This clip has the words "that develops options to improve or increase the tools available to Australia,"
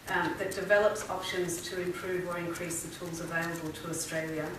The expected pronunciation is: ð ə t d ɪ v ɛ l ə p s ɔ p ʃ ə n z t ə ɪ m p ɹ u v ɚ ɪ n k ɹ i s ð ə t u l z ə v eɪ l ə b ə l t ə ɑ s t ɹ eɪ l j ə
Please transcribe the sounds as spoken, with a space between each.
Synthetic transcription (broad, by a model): ð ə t d ɪ v ɛ l ə p s ɔ p ʃ ə n z t ə ɪ m p ɹ u v ɚ ɪ n k ɹ i s ð ə t u l z ə v eɪ l ə b ə l t ə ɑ s t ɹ eɪ l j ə